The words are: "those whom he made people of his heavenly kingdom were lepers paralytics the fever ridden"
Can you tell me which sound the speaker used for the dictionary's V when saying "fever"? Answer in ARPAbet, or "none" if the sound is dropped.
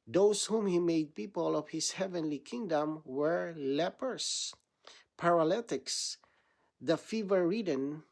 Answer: V